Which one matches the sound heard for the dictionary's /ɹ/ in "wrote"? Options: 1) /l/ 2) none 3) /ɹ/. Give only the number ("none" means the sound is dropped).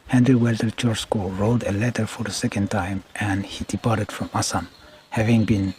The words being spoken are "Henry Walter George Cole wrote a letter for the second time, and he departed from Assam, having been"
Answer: 3